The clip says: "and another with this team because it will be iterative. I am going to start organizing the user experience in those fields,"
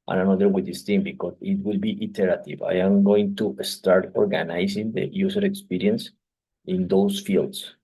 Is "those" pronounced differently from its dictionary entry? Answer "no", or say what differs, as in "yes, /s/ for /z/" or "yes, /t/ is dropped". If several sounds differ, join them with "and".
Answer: yes, /s/ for /z/